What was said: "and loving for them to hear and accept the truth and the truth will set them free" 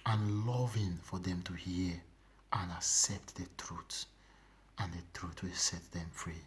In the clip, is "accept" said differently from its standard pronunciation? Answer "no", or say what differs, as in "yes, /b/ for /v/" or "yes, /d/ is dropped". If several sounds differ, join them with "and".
no